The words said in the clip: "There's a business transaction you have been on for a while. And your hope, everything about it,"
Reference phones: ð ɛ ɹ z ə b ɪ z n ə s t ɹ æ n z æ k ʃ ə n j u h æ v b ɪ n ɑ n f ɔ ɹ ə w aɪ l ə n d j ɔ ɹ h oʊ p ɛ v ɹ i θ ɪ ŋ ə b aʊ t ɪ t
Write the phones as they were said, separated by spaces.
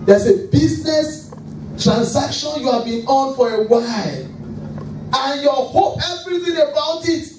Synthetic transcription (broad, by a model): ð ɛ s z ə b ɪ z n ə s t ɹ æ n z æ k ʃ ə n j u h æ v b ɪ n ɑ n f ɔ ɹ ə w aɪ l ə n j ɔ h oʊ p ɛ v ɹ i θ ɪ ŋ ə b aʊ t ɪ t